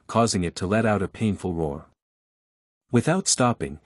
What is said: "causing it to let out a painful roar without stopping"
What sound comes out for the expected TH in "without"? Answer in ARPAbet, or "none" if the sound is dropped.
TH